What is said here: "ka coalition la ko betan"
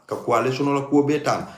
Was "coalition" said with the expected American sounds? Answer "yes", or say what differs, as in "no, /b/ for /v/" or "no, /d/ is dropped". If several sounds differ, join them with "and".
no, /s/ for /ʃ/